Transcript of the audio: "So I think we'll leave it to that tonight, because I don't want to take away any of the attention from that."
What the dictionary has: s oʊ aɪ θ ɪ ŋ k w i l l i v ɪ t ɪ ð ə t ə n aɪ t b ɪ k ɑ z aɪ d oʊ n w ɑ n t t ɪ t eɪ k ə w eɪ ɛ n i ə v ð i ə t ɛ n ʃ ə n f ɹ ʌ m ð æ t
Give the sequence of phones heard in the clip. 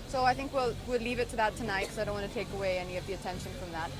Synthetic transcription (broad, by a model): s oʊ aɪ θ ɪ ŋ k w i l l i v ɪ t ɪ ð ə t ə n aɪ t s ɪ ɑ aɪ d oʊ n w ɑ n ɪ t eɪ k ə w eɪ ɛ n i ə v ð i ə t ɛ n ʃ ə n f ɹ ʌ m ð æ t